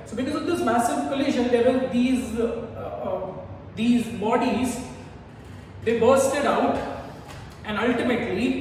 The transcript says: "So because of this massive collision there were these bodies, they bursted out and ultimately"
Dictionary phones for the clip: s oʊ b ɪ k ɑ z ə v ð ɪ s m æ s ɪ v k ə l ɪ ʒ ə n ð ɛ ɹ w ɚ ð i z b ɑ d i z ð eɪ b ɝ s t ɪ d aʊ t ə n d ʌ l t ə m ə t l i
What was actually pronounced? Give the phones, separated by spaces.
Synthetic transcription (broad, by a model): s oʊ b ɪ k ɑ z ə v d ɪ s m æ s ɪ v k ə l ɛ ʃ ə n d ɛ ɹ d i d i z b ɑ d i z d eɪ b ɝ s t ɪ d aʊ t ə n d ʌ l t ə m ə t l i